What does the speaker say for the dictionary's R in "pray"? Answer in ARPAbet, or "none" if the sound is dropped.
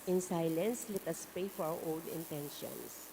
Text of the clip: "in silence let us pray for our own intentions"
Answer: none